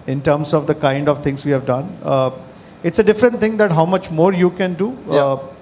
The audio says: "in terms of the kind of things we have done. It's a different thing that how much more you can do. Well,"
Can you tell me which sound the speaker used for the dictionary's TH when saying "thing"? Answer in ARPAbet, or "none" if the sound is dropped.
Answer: T